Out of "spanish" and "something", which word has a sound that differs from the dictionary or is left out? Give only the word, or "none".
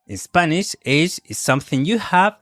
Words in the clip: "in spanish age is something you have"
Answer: none